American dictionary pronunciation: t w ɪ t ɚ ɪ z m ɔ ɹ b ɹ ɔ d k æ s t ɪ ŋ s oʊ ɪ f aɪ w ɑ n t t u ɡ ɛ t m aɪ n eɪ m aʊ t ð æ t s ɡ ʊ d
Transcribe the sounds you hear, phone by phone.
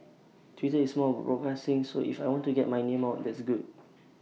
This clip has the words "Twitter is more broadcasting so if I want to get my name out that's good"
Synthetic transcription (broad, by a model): t w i t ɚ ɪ s m ɔ l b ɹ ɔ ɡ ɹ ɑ s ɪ ŋ s oʊ ɪ f aɪ w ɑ n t t u ɡ ɛ t m aɪ n eɪ m aʊ t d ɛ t s ɡ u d